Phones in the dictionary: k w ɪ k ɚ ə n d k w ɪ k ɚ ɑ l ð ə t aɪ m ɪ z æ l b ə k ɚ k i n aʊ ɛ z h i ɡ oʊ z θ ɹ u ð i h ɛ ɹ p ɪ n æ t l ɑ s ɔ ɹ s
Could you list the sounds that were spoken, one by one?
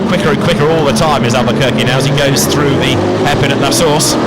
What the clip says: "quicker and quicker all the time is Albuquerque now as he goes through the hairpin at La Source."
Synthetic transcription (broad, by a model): k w ɪ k ɚ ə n k w ɪ k ɚ ɑ l ð ə t aɪ m ɪ z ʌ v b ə k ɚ k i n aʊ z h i ɡ oʊ z θ ɹ u ð i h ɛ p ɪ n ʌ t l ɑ s ɔ ɹ s